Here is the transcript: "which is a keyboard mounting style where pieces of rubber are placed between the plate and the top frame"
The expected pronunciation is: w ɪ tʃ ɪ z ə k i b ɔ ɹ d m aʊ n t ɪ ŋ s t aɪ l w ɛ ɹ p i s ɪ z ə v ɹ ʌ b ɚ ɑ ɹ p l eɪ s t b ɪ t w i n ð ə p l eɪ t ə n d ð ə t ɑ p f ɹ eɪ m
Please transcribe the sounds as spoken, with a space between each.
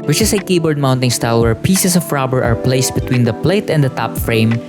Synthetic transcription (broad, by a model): w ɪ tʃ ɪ s ə k i b ɔ ɹ d m aʊ n t ɪ ŋ s t aɪ l w ɛ ɹ p i s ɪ s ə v ɹ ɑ b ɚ ɑ ɹ p l eɪ s t b ɪ t w i n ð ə p l eɪ t ə n d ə t ɑ p f ɹ eɪ m